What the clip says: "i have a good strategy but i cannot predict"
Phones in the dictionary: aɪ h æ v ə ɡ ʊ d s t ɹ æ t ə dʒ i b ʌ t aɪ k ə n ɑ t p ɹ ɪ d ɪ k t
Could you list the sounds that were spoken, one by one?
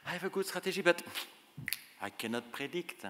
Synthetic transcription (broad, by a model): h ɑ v ə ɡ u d s t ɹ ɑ t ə ʒ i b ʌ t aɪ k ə n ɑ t p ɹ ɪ d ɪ k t